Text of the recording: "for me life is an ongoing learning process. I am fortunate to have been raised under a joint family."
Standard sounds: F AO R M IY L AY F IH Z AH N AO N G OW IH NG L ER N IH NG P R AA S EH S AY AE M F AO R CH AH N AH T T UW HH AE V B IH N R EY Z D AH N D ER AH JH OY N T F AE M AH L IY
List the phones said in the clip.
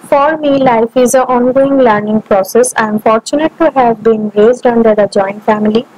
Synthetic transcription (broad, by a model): F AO R M IY L AY F IH Z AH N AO N G OW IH NG L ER N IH NG P R AA S EH S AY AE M F AO R CH AH N AH T T UW HH AE V B IH N R EY Z D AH N D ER AH JH OY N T F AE M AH L IY